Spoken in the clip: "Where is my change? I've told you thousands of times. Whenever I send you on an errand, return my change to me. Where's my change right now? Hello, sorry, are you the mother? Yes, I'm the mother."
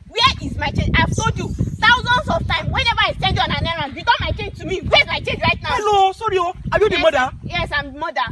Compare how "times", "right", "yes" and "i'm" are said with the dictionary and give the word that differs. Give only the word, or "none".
times